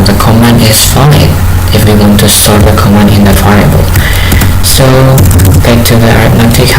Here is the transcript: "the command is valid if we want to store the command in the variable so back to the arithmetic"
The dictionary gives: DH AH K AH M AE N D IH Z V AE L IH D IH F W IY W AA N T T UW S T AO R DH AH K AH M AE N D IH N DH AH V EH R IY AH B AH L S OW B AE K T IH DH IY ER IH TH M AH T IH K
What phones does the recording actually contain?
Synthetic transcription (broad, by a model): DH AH K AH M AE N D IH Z F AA IH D IH F W IY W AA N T T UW S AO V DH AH K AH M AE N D IH N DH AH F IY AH AH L S OW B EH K T IH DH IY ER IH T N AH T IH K